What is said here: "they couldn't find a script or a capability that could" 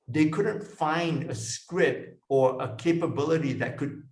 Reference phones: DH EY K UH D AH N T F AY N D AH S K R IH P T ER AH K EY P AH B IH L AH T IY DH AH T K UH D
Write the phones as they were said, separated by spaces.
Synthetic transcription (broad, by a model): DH EY K UH D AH N T F AY N D AH S K R IH T ER AH K EY P AH B IH L AH T IY DH AH T K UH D